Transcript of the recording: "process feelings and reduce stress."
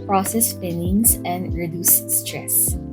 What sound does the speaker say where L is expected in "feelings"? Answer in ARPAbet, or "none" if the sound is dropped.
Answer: N